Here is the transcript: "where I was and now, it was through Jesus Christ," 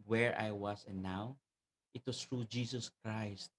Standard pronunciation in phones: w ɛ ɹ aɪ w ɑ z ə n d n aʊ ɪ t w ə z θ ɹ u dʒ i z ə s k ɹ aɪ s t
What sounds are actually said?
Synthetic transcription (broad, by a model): w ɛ ɹ aɪ w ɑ s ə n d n aʊ ɪ t w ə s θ ɹ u dʒ i s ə s k ɹ aɪ s t